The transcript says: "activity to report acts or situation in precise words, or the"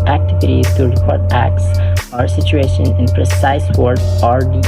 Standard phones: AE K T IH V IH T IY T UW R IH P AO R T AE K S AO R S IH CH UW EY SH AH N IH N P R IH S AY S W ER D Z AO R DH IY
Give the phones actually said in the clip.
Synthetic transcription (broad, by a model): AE K T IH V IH T IY T UW R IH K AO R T AE K S AO R S IH CH UW EY SH AH N IH N P R IH S AY S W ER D AO R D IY